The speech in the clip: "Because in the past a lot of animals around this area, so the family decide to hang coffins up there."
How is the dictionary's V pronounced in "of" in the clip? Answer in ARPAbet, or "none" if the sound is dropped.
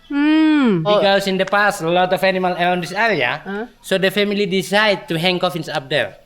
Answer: F